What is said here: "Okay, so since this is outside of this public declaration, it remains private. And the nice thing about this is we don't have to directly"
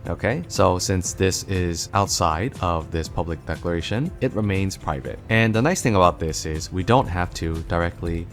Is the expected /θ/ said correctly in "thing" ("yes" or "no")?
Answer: yes